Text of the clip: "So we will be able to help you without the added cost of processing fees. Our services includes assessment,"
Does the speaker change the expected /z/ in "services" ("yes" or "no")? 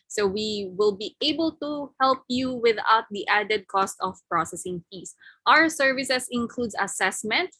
yes